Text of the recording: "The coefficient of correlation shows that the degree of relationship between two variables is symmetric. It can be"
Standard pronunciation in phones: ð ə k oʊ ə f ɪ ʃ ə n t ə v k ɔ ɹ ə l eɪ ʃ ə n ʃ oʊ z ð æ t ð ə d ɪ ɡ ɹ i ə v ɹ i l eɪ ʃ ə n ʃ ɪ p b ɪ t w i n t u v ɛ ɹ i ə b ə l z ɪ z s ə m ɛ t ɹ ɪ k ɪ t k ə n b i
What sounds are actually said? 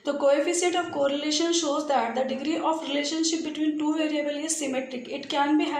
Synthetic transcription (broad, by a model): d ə k oʊ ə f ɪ s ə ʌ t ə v k ɔ ɹ ə l eɪ ʃ ə n ʃ oʊ z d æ t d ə d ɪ ɡ ɹ i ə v ɹ i l eɪ ʃ ə n ʃ ɪ p b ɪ t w i n t u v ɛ ɹ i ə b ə l ɪ z s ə m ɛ t ɹ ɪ k ɪ t k ə n b i